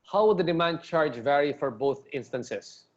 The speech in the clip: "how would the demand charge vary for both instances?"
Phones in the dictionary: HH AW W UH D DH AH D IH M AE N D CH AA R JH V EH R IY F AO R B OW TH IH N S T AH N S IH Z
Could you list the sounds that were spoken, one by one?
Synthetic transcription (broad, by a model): HH AW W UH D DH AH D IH M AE N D CH AA R JH V EH R IY F AO R B OW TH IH N S T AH N S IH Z